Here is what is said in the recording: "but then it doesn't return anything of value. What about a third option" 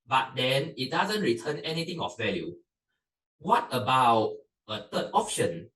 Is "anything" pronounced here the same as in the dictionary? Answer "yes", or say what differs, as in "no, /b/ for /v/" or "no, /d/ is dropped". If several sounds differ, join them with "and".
no, /t/ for /θ/